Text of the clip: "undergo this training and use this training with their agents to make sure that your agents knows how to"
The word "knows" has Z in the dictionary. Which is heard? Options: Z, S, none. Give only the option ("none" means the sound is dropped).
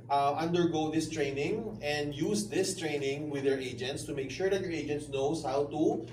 S